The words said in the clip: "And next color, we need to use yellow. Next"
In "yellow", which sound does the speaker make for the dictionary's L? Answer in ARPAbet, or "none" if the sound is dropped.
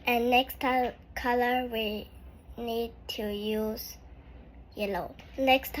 L